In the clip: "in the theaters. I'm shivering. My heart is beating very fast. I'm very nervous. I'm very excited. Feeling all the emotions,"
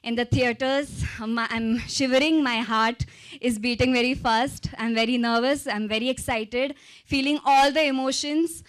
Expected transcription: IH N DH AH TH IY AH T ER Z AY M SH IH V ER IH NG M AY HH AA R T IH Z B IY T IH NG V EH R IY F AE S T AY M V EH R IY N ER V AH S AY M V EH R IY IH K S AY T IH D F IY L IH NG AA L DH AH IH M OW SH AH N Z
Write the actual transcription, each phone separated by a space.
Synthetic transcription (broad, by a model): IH N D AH T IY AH T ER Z AY M SH IH V ER IH NG M AY HH AA R T IH Z B IY T IH NG V EH R IY F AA S T AY M V EH R IY N ER V AH S AY M V EH R IY IH K S AY T IH D F IY L IH NG AA L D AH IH M OW SH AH N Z